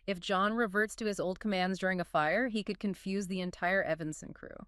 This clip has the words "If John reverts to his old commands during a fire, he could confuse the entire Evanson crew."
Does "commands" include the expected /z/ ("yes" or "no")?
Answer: yes